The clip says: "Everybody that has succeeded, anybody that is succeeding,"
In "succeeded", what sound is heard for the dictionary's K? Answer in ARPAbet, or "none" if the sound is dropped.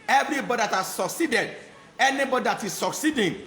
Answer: K